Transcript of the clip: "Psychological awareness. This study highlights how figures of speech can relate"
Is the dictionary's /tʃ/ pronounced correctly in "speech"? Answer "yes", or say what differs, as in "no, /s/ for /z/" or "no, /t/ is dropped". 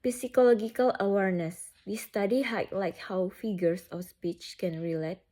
yes